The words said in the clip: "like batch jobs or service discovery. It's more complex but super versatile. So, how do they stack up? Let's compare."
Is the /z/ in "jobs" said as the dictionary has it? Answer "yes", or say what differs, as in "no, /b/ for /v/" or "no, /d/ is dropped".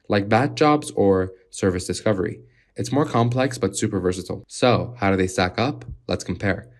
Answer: yes